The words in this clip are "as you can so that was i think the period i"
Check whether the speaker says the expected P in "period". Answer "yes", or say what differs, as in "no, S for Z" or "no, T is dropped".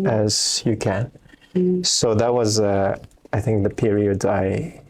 yes